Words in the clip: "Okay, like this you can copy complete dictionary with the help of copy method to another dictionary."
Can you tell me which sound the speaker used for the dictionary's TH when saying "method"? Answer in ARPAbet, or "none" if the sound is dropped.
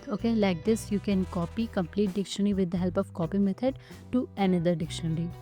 T